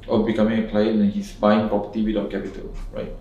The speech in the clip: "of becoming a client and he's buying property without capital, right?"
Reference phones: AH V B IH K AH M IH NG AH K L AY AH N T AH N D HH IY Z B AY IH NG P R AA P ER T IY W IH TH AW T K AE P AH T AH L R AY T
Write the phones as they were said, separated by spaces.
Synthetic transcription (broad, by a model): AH B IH K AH M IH NG AH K L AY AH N AH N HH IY S B AY IH NG P R AA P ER T IY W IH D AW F K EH P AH T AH L R AY T